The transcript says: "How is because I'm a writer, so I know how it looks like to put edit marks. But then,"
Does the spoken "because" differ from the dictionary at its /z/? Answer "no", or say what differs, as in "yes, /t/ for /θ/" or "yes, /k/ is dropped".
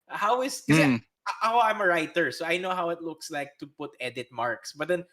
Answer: yes, /z/ is dropped